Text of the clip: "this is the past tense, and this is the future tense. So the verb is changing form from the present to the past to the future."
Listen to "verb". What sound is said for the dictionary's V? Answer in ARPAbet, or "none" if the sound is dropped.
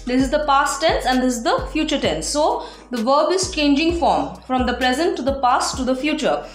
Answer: V